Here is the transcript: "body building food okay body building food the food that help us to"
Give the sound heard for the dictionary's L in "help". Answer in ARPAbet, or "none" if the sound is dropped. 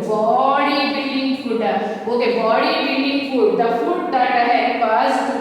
none